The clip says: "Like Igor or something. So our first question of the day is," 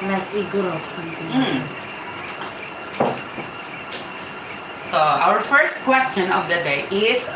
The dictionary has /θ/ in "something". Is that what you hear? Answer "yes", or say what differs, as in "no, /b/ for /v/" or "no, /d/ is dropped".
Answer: no, /t/ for /θ/